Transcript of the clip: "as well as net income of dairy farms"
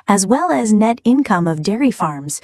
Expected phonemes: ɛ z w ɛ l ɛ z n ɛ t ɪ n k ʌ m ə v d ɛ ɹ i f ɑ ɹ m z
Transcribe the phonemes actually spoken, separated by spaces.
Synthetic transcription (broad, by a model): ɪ z w ɛ l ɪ z n ɛ t ɪ n k ʌ m ə v d ɛ ɹ i f ɑ ɹ m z